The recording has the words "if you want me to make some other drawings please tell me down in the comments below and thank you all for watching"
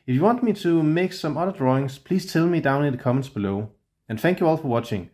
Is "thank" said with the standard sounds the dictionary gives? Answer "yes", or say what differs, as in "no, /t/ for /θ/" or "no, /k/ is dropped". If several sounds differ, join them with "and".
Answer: yes